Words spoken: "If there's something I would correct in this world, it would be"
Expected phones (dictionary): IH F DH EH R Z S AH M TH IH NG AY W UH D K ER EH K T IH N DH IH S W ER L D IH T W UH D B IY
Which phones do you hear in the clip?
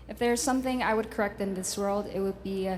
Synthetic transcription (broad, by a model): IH F DH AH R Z S AH M TH IH NG AY W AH D K ER EH K T IH N DH IH S W ER L D IH T W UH D B IY